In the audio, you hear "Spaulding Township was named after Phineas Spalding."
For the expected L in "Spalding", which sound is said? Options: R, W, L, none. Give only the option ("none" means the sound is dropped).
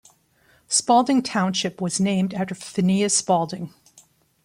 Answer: L